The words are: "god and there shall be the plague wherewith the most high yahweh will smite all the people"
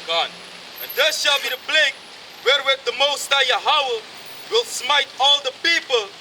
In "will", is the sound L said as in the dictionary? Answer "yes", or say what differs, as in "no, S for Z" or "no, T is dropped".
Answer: yes